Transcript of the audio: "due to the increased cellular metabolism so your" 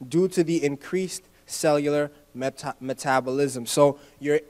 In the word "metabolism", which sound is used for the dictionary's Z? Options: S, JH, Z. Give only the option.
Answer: Z